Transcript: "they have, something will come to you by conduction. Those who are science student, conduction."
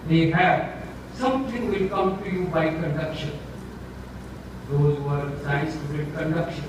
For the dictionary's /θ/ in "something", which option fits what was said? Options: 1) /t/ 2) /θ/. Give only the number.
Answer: 1